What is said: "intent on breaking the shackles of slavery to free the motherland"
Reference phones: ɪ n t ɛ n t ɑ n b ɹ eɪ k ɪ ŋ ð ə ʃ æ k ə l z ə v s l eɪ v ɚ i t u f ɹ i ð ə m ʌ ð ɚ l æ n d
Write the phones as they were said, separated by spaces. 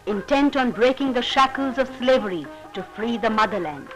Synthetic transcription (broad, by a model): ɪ n t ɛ n t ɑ n b ɹ eɪ k ɪ ŋ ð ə ʃ æ k ə l z ə v s l eɪ v ɚ i t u f ɹ i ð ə m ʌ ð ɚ l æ n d